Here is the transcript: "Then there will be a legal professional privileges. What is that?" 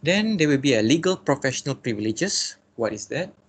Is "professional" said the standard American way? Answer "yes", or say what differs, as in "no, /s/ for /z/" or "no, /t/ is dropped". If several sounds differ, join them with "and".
yes